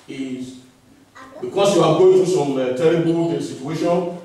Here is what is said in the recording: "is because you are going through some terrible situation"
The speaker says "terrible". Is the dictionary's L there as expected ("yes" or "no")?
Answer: no